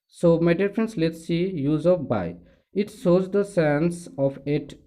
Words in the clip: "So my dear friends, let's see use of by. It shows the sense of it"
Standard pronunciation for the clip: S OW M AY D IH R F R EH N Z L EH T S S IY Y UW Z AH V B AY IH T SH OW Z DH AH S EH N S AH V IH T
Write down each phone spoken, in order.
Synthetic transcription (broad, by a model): S OW M AY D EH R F R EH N S L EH T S S IY Y UW Z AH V B AY IH T S OW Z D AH S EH N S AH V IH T